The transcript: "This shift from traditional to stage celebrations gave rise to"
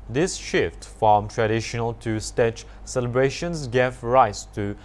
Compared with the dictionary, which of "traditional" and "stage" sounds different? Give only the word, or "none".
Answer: stage